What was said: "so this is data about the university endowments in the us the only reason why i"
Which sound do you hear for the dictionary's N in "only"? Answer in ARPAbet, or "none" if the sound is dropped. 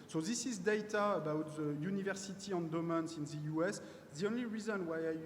N